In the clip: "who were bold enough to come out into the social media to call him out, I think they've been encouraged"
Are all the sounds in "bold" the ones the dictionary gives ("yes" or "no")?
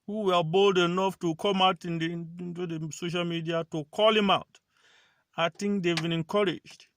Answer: yes